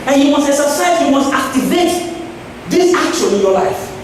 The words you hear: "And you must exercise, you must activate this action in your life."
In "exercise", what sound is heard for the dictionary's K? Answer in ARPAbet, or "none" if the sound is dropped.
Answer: none